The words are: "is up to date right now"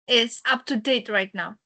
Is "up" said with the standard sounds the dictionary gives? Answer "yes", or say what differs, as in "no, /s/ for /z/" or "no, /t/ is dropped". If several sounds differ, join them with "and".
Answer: yes